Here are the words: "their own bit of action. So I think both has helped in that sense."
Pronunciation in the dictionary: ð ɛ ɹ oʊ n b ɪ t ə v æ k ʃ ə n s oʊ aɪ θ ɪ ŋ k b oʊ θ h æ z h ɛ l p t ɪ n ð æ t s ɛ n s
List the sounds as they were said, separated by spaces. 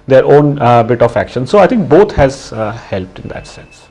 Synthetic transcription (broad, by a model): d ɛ ɹ oʊ n b ɪ t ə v æ k ʃ ə n s oʊ aɪ t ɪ ŋ k b oʊ t h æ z h ɛ l p t ɪ n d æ t s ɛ n s